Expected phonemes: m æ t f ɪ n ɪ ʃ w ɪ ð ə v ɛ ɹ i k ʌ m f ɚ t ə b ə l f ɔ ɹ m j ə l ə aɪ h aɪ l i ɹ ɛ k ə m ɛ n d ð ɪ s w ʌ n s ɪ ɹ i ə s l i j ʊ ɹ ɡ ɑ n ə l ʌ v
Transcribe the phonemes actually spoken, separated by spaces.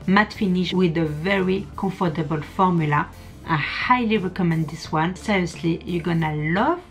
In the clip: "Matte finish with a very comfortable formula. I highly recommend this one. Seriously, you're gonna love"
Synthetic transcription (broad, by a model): m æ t f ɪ n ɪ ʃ w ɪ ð ə v ɛ ɹ i k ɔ f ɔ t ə b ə l f ɔ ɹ m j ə l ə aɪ h aɪ l i ɹ ɛ k ə m ɛ n d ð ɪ s w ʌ n s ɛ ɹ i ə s l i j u ɡ ɑ n ə l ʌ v